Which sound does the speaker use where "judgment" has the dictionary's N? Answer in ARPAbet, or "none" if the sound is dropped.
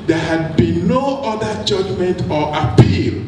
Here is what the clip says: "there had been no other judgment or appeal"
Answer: N